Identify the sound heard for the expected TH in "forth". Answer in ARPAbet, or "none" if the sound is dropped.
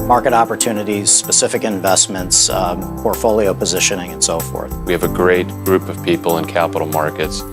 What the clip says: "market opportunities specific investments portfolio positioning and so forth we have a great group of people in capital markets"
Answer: TH